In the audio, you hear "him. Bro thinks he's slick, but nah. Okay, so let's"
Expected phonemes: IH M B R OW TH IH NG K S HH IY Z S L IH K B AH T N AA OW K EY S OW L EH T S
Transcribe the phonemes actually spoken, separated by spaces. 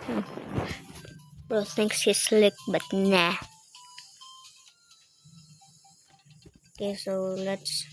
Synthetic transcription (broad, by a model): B OW S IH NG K S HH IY S L IH K B AH T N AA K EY S OW L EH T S